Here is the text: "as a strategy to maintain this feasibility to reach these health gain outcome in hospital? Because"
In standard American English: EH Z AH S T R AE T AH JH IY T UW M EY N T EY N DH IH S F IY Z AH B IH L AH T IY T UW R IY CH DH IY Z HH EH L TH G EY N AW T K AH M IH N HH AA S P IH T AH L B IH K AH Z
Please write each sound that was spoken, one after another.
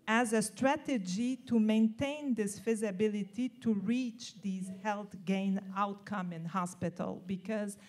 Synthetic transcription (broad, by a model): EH Z AH S T R AE T AH JH IY T UW M EY N T EY N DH IH S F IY Z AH B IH L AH T IY T UW R IY CH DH IY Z HH EH L TH G EY N AW T K AH M IH N HH AA S P IH T AH L B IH K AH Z